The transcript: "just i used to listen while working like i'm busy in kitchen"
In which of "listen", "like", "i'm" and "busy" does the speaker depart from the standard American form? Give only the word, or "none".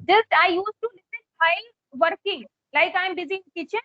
none